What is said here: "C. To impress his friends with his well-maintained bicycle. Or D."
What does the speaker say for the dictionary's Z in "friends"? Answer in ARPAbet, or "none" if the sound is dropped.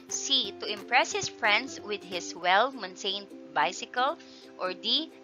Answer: S